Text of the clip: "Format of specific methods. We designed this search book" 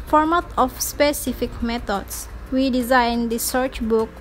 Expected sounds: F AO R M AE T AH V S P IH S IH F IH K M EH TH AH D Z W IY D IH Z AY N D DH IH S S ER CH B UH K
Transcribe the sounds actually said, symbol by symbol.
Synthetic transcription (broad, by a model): F AO R M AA T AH F S P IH S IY F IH K M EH T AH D S W IY D IH Z AY N D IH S S ER CH B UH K